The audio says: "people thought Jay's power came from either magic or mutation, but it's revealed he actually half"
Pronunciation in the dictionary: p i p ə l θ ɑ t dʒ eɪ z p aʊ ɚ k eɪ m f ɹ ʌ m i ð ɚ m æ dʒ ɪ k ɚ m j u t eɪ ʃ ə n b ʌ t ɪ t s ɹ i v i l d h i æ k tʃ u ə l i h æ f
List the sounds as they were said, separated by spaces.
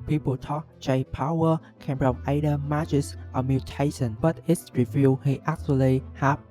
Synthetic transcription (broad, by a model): p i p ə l t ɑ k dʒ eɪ p aʊ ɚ k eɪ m p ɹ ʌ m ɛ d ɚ m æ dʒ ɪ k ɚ m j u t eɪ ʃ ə n b ʌ t ɪ t s ɹ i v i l h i æ k tʃ u ə l i h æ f